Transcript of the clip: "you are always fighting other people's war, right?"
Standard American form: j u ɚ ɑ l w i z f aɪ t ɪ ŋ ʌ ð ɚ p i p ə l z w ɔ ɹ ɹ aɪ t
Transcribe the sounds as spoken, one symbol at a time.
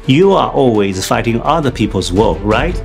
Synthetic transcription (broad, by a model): j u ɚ ɑ l w i z f aɪ t ɪ ŋ ʌ ð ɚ p i p ə l z w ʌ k ɹ aɪ t